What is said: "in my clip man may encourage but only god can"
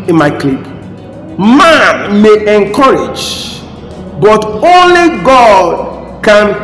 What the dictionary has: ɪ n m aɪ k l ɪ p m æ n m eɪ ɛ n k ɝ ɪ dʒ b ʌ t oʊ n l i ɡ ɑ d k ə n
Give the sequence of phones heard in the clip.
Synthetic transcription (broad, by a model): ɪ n m aɪ k l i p m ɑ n m eɪ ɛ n k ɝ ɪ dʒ b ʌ t oʊ n l i ɡ ɑ d k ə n